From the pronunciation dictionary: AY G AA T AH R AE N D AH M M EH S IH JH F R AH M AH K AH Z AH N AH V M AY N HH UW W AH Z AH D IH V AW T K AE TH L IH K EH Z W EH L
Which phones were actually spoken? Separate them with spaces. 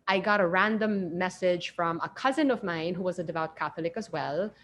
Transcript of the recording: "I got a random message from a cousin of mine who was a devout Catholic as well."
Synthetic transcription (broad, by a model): AY G AA T AH R AE N D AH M M EH S IH JH F R AH M AH K AH Z AH N AH V M AY N HH UW W AH Z AH D IH V AW T K AE TH L IH K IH Z W EH L